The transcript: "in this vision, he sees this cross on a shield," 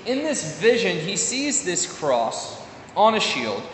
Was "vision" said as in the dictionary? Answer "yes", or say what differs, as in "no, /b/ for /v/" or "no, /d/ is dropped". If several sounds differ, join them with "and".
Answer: yes